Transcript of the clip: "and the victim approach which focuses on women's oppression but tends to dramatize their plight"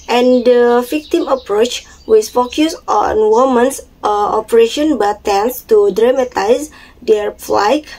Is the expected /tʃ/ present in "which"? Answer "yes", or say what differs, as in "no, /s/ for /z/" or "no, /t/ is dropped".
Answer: no, /s/ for /tʃ/